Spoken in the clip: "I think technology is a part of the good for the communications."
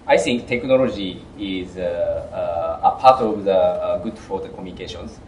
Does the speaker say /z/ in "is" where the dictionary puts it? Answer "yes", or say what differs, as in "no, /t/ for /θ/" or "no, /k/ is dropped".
yes